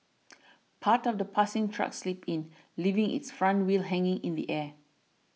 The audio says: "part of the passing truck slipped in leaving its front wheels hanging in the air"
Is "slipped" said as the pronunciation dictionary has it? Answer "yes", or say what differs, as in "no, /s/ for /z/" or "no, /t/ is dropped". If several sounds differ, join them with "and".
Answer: no, /t/ is dropped